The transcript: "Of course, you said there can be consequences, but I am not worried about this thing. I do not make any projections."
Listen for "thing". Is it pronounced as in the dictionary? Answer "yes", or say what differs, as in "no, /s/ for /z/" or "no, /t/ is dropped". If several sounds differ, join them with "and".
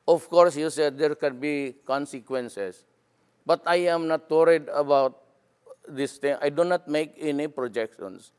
no, /t/ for /θ/